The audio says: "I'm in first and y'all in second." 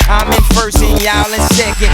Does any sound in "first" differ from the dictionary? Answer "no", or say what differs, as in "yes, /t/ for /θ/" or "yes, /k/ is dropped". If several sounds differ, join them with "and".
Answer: yes, /t/ is dropped